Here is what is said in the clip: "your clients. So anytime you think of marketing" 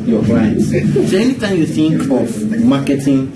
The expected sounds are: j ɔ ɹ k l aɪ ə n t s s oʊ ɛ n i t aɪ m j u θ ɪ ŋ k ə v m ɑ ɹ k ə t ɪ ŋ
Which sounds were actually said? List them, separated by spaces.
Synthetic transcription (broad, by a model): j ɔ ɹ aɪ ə t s s oʊ ɛ n i t aɪ m j u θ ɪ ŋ k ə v m ɑ k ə t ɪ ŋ